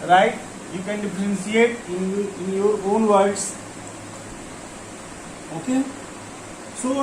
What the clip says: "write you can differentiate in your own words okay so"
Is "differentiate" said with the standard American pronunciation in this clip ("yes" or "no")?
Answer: no